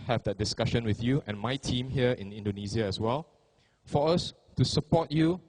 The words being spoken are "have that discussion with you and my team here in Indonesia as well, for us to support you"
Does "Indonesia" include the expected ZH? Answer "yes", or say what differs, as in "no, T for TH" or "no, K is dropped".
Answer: no, Z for ZH